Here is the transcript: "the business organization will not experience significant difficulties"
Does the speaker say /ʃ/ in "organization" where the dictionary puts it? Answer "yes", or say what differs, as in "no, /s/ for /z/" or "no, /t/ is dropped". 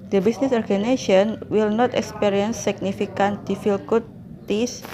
no, /ʃ/ is dropped